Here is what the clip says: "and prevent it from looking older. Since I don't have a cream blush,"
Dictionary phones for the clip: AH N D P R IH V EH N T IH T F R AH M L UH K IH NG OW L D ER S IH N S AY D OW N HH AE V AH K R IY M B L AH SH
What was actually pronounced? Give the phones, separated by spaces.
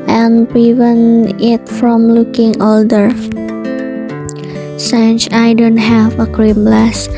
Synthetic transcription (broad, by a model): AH N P R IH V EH N IH T F R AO M L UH K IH NG OW L D ER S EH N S AY D OW N HH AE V AH K R IY M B L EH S